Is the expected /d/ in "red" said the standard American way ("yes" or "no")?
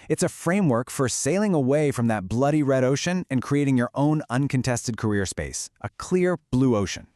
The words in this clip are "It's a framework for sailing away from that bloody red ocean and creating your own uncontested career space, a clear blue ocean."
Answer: yes